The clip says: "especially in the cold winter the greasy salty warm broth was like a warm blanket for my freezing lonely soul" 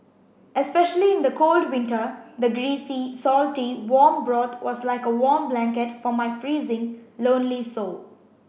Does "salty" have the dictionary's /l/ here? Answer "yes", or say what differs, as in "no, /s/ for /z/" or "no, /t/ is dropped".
yes